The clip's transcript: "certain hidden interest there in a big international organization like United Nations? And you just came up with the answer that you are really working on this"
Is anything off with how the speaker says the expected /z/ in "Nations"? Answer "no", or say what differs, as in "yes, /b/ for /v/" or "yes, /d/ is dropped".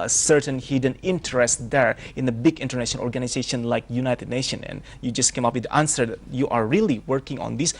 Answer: yes, /z/ is dropped